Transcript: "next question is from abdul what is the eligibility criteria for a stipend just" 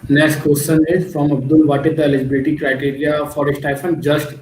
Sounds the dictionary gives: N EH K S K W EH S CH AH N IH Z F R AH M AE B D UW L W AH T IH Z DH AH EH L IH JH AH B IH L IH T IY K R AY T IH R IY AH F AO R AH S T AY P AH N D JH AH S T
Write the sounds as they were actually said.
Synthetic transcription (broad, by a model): N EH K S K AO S S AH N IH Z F R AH M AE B D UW L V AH T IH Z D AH EH L IH JH AH B IH L IH T IY K R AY T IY R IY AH F AO R AH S T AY F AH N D JH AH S T